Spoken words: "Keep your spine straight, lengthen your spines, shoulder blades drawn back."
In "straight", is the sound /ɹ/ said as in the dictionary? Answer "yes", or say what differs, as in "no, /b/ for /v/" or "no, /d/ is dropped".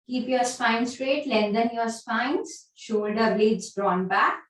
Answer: yes